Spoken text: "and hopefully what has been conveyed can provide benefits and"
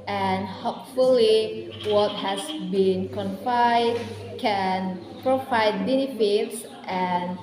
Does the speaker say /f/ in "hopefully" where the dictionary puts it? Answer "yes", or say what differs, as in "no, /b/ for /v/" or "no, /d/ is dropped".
yes